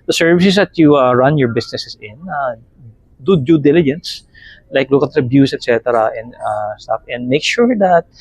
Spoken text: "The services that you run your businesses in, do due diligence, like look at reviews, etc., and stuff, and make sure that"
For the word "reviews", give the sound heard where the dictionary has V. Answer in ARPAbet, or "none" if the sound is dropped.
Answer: B